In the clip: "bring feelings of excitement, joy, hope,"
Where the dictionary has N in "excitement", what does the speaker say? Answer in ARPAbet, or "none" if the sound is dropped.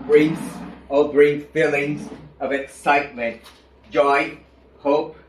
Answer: N